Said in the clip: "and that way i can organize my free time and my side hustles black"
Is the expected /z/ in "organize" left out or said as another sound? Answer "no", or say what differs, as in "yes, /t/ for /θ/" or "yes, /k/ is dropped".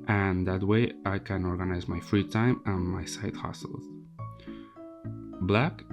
no